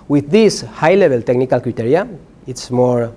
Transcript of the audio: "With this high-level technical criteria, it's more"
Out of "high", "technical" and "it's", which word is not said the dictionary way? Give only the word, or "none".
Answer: none